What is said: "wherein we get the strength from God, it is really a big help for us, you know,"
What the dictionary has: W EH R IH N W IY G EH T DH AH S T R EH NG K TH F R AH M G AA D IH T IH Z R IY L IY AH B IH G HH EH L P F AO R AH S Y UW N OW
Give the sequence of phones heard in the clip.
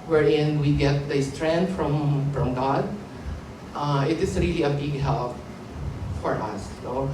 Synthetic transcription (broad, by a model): W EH R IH N W IY G EH T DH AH S T R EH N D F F R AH M G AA D IH T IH S R IY L IY AH B IH G HH EH L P F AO R AH S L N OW